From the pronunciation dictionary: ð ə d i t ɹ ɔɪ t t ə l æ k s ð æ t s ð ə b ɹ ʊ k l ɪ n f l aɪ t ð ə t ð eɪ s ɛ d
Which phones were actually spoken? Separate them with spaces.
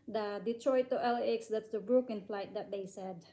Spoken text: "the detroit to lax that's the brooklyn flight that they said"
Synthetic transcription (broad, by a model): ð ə d i t ɹ ɔɪ t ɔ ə l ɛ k s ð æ t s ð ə b ɹ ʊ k ɪ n f l aɪ t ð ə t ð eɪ s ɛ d